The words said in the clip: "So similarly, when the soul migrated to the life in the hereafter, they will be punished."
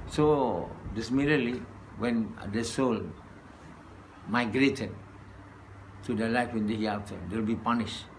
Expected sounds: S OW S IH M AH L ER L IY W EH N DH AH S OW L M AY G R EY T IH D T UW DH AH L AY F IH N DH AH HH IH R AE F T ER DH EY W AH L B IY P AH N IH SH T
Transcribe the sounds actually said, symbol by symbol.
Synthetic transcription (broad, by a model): S OW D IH M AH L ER L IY W EH N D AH S OW L M AY G R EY T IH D T UW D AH L AY F IH N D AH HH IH AA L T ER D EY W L B IY P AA N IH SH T